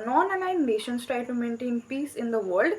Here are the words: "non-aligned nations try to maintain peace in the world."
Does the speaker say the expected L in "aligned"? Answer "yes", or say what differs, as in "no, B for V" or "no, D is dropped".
no, N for L